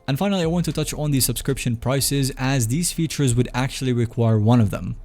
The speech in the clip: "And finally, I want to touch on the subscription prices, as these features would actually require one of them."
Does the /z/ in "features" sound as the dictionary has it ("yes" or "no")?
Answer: yes